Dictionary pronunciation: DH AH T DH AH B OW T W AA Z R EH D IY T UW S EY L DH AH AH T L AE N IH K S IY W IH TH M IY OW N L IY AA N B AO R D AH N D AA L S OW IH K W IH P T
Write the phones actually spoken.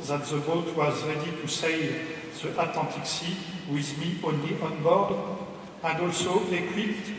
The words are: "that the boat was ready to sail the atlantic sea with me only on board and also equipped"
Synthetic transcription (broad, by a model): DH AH T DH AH B OW T W AA Z R EH D IY T UW S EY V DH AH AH T L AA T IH K S IY W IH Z M IY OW N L IY AA N B AO R D AH N D AA L S OW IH K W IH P T